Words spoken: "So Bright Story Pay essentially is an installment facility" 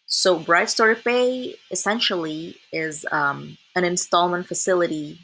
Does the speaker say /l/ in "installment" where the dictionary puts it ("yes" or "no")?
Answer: yes